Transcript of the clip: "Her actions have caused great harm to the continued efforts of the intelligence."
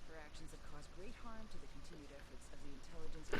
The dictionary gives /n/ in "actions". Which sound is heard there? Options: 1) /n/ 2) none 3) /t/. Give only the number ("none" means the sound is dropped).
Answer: 1